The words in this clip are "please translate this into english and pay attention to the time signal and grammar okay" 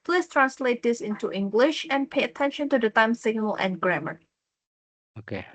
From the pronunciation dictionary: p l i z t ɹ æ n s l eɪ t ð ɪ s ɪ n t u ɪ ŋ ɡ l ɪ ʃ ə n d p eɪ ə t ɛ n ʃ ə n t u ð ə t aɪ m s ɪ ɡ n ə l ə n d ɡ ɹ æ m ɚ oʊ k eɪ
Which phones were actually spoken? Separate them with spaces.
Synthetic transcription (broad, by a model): p l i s t ɹ æ n s l eɪ t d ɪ s ɪ n t u ɪ ŋ ɡ l ɪ ʃ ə n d p eɪ ə t ɛ n ʃ ə n t u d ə t aɪ m s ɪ ɡ n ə l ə n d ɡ ɹ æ m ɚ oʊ k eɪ